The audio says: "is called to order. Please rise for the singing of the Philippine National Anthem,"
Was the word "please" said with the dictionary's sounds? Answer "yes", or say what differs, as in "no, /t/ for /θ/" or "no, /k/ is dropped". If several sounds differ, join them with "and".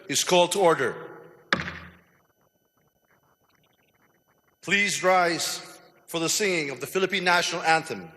yes